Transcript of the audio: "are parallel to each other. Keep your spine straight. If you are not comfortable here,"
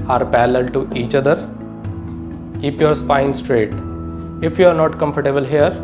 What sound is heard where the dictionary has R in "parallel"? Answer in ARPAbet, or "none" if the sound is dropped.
L